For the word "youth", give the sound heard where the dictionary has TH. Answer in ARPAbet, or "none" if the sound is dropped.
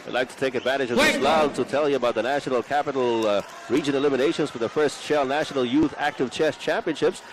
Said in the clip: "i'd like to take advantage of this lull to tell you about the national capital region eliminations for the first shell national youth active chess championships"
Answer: TH